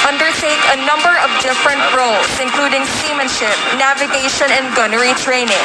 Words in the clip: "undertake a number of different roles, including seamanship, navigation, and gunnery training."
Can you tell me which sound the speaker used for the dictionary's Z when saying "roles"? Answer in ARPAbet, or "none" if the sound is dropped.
S